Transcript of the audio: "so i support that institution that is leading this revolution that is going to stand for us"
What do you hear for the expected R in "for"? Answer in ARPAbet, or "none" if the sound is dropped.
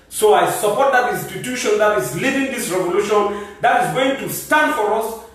R